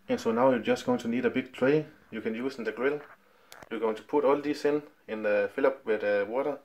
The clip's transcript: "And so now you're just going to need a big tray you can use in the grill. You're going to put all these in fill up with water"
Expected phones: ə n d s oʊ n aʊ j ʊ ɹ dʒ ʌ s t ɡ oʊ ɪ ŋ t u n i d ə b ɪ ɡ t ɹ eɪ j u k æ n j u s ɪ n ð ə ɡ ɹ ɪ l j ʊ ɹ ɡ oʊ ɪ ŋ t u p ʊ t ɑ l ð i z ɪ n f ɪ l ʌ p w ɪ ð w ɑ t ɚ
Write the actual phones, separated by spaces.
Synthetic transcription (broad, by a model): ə n s oʊ n aʊ j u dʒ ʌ s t ɡ oʊ ɪ ŋ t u n i d ə b ɪ ɡ t ɹ eɪ j u k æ n j u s ɪ n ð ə ɡ ɹ ɪ l j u ɡ oʊ ɪ ŋ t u p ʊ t ɑ l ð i s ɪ n f ɪ l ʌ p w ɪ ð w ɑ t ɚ